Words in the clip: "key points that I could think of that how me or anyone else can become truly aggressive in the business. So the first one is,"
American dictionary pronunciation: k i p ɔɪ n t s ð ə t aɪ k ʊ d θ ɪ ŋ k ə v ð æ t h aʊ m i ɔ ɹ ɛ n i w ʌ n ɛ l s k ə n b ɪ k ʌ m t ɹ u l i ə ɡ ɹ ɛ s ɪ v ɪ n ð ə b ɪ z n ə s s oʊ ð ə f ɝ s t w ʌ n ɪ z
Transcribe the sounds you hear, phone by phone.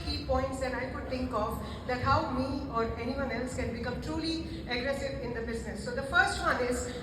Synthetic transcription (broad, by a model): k i p ɔɪ n t s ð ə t aɪ k ʊ d t ɪ ŋ k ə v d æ t h aʊ m i ɔ ɹ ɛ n i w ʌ n ɛ l s k ə n b ɪ k ʌ m t ɹ u l i ə ɡ ɹ ɛ s ɪ v ɪ n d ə b ɪ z n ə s s oʊ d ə f ɝ s t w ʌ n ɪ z